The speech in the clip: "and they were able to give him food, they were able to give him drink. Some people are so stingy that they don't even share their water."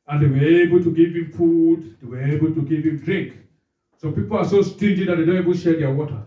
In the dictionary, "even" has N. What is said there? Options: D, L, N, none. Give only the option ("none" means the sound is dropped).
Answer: L